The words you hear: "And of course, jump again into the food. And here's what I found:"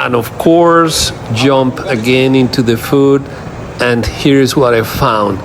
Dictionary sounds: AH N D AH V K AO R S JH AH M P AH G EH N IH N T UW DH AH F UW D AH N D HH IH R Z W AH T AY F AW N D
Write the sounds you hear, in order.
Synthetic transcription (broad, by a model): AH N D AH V K AO R S JH AH M P AH G EH N IH N T UW DH AH F UW D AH N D HH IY R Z W AH T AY F AW N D